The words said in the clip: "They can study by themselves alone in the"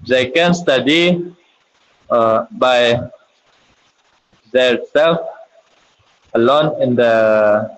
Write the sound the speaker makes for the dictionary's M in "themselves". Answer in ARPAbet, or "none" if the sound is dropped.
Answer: none